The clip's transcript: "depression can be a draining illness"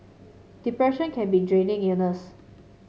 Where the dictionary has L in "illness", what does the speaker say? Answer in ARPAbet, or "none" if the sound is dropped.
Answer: none